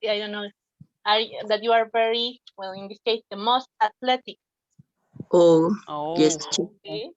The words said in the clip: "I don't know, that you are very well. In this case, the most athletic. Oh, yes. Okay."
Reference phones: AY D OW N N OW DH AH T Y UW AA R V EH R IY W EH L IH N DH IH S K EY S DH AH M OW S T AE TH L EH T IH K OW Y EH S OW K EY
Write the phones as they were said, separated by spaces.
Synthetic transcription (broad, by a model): AY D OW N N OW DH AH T Y UW AA R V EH R IY W EH L IH N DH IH S K EY S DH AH M OW S T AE T L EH T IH K OW Y EH S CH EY